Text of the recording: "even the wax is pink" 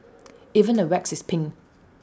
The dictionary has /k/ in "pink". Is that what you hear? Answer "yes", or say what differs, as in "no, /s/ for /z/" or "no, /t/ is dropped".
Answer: no, /k/ is dropped